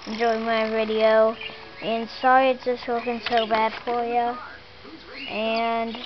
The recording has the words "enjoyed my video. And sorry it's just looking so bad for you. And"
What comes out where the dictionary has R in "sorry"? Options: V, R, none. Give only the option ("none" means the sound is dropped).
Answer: R